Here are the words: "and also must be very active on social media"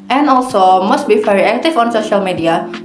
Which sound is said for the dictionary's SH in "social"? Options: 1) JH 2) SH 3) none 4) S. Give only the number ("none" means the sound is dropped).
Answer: 2